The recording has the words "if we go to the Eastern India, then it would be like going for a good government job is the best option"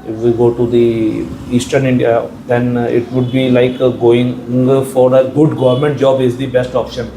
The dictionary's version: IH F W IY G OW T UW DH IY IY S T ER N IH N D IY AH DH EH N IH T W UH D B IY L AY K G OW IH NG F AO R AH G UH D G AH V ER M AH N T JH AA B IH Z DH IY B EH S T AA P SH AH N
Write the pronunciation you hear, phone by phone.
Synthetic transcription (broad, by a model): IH F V IY G OW T UW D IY IY S T ER N IH N D IY AH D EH N IH T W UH D B IY L AY K G OW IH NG F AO R AH G UH D G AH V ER M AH N T JH AA B IH Z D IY B EH S T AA P SH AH N